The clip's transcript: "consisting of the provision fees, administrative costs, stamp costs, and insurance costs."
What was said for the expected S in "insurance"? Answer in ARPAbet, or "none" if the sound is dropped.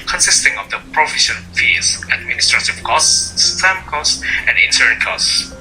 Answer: none